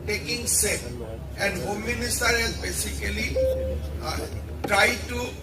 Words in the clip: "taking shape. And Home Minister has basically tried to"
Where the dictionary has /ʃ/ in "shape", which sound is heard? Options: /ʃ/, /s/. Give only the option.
/s/